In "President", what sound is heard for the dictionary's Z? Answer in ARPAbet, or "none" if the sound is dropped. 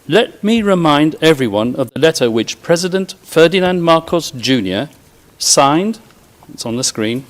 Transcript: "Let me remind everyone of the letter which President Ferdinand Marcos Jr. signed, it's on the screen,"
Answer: Z